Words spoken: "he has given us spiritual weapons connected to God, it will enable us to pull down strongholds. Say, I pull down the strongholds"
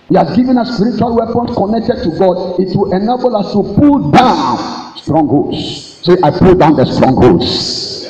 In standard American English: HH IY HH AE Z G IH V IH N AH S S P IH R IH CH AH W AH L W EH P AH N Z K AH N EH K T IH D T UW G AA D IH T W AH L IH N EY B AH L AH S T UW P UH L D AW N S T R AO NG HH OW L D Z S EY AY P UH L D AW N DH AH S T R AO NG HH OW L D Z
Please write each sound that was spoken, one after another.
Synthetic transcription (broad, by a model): HH IY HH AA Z G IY V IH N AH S S P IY R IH CH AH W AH L W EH P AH N S K AH N EH K T IH D T UW G AA D IH T W AH L IH N EY B AH L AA S T UW P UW L D AW N S T R AO NG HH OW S S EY AY P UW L D AW N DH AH S T R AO NG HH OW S